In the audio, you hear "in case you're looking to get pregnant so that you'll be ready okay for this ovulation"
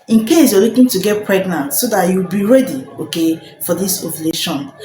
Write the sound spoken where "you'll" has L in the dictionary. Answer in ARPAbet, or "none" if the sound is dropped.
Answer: W